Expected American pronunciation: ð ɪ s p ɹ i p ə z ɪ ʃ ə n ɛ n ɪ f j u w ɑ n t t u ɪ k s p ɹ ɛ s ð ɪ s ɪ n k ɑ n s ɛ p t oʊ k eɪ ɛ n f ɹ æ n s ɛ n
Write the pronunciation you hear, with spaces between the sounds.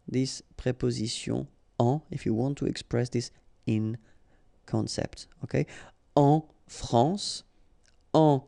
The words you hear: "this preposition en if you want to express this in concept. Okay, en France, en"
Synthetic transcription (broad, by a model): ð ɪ s p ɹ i p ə z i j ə ɑ ɪ f j u w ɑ n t t u ɪ k s p ɹ ɛ s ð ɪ s ɪ n k ɑ n s ɛ p t oʊ k eɪ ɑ f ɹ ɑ s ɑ